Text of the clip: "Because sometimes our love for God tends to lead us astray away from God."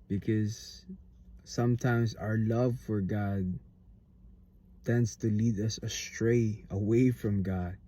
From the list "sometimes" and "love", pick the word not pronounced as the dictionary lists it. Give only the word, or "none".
none